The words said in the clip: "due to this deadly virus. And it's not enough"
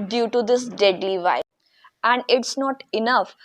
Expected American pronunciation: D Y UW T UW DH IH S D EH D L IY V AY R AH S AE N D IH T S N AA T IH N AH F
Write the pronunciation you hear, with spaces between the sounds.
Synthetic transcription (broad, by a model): D Y UW T UW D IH S D EH D L IY V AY AH AE N D IH T S N AA T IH N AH F